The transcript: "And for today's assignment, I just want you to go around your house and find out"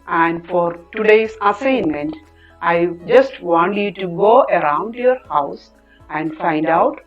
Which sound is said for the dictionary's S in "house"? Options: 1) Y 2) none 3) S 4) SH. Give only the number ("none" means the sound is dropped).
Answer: 3